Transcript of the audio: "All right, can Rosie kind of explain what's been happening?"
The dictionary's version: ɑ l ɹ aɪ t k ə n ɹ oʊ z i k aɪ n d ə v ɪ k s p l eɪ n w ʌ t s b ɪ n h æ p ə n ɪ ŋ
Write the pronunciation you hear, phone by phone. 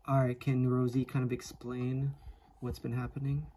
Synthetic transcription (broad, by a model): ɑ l ɹ aɪ t k ə n ɹ oʊ z i k aɪ n d ə v ɪ k s p l eɪ n w ʌ t s b ɪ n h æ p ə n ɪ ŋ